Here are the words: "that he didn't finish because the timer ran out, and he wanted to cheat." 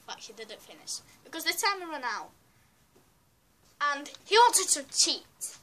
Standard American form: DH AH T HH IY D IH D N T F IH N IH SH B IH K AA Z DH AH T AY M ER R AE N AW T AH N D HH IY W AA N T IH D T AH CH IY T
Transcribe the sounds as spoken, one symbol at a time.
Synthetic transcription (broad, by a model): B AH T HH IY D IH D N T F IH N IH SH B IH K AA Z DH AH T AY M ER R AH N AW T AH N HH IY W AA N T IH D T AH CH IY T